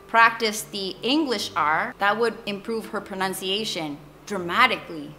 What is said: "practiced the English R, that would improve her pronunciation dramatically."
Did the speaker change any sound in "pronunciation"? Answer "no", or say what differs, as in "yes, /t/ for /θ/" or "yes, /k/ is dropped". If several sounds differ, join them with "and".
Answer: no